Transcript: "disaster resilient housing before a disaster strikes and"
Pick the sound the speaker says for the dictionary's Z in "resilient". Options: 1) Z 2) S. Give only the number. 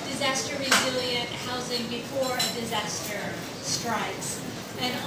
1